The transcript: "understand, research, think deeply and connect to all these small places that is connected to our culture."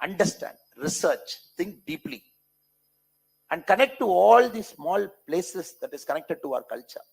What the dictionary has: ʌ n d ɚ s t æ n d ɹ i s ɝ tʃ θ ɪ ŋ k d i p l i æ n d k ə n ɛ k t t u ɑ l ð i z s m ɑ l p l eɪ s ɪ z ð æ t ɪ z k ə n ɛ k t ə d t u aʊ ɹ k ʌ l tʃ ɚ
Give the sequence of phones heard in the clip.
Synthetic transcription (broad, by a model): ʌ n d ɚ s t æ n d ɹ i s ɝ tʃ t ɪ ŋ k d i p l i æ n d k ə n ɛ k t t u ɑ l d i s m ɑ l p l eɪ s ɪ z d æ t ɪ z k ə n ɛ k t ə d t u aʊ ɹ k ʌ l tʃ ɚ